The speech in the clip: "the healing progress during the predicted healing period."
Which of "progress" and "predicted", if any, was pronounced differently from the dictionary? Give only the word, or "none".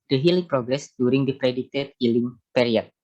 predicted